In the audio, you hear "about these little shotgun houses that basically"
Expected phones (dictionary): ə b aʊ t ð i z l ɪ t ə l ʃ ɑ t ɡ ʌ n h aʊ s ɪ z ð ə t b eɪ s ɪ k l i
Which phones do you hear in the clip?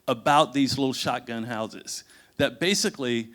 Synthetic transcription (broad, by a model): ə b aʊ t ð i z l ɪ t l ʃ ɑ t ɡ ʌ n h aʊ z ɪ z ð ə t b eɪ s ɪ k l i